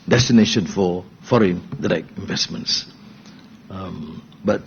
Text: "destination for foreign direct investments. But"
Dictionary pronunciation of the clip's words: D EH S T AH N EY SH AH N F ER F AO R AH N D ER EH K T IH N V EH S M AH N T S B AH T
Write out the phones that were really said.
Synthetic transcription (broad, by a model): D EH S T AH N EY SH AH N F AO F AO R AH N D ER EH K IH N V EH S M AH N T S B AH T